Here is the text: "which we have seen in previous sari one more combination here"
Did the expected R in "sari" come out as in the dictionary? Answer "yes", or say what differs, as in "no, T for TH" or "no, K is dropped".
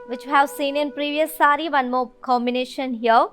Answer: yes